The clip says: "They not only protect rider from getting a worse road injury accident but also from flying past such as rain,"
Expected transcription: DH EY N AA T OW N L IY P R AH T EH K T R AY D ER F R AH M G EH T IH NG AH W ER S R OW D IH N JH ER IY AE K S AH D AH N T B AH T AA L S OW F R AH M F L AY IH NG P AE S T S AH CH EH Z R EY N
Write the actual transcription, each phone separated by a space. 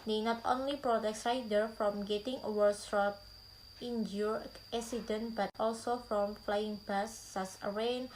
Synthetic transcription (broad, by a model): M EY N AA T OW N L IY P R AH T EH K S R AY D ER F R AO M G EH T IH NG AH W ER S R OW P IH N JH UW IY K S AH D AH N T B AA T AA L S OW F R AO M F L AY IH NG B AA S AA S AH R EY N